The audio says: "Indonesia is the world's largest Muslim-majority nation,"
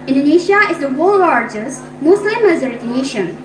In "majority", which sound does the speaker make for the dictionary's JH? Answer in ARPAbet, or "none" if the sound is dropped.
Z